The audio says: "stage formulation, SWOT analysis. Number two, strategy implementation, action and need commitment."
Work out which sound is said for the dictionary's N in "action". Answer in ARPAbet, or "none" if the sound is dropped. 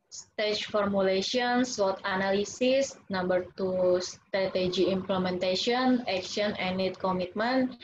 none